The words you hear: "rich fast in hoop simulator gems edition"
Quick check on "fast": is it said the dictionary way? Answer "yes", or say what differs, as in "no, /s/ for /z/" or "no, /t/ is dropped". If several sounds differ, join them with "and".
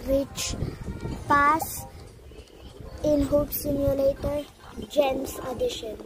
no, /p/ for /f/ and /t/ is dropped